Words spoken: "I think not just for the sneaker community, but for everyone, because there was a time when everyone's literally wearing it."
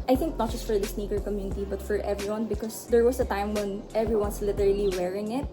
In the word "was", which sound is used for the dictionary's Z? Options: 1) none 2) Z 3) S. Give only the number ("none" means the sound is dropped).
3